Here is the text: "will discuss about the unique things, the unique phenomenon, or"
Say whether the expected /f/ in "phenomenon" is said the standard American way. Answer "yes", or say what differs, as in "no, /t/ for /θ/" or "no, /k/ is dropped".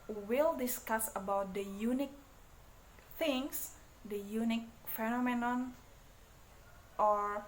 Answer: yes